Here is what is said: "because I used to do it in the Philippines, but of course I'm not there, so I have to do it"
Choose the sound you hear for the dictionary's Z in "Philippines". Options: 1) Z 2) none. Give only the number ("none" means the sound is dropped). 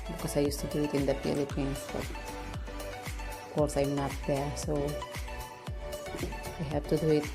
2